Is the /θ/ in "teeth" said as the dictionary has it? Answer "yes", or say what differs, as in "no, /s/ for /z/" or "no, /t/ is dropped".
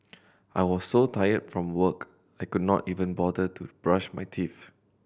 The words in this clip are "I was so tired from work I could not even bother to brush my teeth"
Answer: no, /f/ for /θ/